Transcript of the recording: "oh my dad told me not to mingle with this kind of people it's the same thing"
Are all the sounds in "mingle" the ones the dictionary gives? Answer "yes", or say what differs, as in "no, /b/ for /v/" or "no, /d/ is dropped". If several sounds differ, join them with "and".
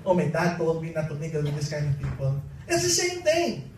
no, /ŋ/ is dropped